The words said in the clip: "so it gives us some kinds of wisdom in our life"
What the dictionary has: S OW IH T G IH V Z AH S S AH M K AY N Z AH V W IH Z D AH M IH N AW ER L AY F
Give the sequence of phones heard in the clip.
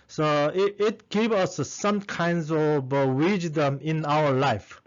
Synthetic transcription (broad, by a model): S OW IH T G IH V AH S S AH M K AY N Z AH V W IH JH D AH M IH N AW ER L AY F